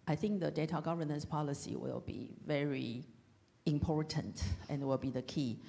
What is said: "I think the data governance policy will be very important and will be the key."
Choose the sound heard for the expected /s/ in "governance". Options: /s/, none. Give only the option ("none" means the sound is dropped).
/s/